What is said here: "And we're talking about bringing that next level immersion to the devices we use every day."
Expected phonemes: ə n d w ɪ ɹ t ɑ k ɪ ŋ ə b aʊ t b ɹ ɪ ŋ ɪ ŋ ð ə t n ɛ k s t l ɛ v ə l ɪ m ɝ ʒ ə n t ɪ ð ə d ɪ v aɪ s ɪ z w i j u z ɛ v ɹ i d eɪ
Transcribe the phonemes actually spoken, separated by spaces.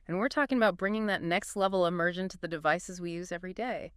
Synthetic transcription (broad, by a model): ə n w ɪ ɹ t ɑ k ɪ ŋ ə b aʊ t b ɹ ɪ ŋ ɪ ŋ ð ə t n ɛ k s t l ɛ v l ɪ m ɝ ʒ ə n t ɪ ð ə d ɪ v aɪ s ɪ z w i j u z ɛ v ɹ i d eɪ